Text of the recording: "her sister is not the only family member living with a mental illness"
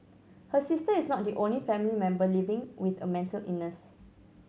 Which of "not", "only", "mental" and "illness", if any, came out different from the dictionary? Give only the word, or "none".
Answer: illness